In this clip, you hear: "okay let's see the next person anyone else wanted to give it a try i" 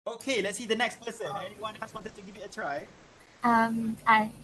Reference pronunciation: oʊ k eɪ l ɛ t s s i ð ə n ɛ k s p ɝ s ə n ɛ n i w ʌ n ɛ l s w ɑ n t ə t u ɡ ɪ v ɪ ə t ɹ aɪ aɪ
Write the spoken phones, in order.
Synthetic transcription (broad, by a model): oʊ k eɪ l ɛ t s s i ð ə n ɛ k s p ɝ s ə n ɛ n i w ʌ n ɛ s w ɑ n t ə t u ɡ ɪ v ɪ ə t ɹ aɪ aɪ